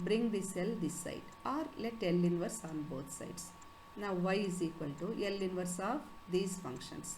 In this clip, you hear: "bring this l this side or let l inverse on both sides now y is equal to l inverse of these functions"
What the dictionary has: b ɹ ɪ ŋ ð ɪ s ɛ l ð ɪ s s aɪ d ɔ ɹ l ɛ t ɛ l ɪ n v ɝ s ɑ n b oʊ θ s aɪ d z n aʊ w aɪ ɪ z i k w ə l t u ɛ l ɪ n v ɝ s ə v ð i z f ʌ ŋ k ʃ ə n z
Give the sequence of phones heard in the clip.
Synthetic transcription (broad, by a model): b ɹ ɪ ŋ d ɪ s ɛ l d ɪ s s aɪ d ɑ ɹ l ɛ t ɛ l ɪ n v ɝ s ɑ n b oʊ t s aɪ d s n aʊ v aɪ ɪ z i k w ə l t u ɛ l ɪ n v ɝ s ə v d i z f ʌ ŋ k ʃ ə n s